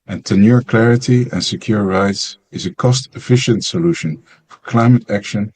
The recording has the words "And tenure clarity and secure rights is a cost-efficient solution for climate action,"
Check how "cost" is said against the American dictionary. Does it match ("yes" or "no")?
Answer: yes